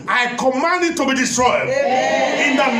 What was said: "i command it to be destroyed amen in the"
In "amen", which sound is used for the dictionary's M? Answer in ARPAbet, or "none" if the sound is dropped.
none